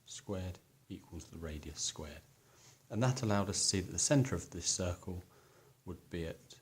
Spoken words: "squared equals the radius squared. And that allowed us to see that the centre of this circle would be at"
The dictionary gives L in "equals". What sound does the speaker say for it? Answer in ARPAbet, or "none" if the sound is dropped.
L